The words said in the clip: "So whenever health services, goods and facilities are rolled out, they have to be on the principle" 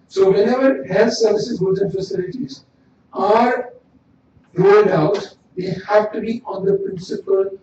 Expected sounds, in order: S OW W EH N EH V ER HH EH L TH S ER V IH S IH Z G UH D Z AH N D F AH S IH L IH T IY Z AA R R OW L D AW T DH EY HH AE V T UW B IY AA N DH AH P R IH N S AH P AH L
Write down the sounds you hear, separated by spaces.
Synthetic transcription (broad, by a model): S OW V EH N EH V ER HH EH L T S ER V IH S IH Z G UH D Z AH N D F AH S IH L IH T IY Z AA R R OW L D AW T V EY HH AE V T UW B IY AA N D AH P R IH N S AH P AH L